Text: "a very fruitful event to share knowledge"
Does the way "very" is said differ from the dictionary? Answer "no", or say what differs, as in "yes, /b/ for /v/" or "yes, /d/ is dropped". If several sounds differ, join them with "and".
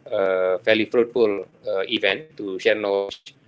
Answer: yes, /l/ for /ɹ/